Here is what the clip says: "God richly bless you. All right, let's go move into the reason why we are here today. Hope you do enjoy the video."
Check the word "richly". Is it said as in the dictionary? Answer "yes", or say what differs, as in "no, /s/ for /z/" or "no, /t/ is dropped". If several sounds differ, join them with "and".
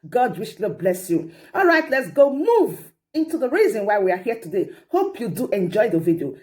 no, /w/ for /ɹ/ and /ʃ/ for /tʃ/